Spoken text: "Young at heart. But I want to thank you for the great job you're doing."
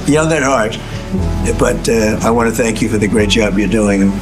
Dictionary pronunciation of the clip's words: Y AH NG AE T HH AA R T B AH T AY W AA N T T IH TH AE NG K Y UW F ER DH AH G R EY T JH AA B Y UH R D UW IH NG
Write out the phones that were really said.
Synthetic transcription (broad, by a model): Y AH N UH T HH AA R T B AH T AY W AA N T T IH TH AE NG K Y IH F ER DH AH G R EY T JH AA B Y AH R D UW IH NG